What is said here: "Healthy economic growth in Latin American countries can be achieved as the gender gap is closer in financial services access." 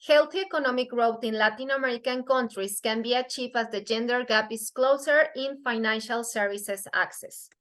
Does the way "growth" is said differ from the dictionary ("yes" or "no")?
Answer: yes